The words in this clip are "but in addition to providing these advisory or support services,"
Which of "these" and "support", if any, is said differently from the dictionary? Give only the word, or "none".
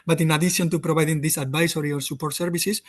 these